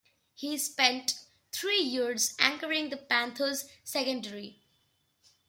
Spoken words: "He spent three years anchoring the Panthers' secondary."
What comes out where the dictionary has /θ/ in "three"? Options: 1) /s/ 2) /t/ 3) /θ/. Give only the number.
2